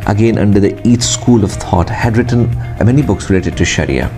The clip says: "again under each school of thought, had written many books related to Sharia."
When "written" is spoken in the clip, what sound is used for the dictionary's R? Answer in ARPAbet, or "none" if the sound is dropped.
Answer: R